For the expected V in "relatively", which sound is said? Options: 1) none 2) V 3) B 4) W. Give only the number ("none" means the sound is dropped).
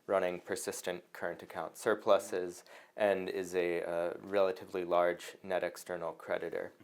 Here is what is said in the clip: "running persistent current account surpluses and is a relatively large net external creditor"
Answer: 2